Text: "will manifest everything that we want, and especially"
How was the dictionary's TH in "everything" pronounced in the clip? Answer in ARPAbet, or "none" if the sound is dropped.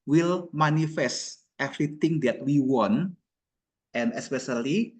T